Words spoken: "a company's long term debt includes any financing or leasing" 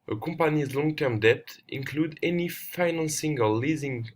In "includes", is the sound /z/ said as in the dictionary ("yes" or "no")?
no